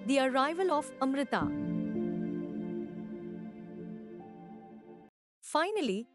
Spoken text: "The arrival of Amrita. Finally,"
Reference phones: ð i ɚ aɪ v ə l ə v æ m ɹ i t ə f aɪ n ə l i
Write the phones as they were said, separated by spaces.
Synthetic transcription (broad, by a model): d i ɚ aɪ v ə l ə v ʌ m ɹ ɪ t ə f aɪ n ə l i